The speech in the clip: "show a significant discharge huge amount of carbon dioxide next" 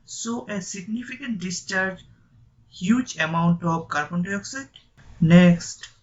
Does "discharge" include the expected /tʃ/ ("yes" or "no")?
yes